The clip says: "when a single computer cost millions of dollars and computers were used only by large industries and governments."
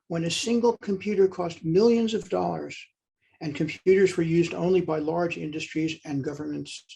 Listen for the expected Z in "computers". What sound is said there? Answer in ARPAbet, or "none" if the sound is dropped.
Z